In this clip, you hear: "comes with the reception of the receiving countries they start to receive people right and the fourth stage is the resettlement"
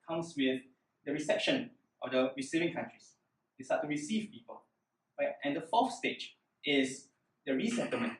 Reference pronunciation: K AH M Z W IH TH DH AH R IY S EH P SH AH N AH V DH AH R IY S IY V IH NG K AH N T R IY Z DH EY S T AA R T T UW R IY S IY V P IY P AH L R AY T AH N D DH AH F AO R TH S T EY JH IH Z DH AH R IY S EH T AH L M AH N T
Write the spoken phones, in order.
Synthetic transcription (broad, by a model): K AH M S W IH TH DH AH R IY S EH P SH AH N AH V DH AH R IY S IY V IH NG K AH N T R IY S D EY S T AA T T UW R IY S IY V P IY P AH L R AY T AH N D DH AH F AO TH S T EY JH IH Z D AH R IY S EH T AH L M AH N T